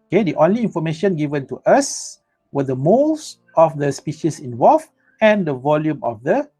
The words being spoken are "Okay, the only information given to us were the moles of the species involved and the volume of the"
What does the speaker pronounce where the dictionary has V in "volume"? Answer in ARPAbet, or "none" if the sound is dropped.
V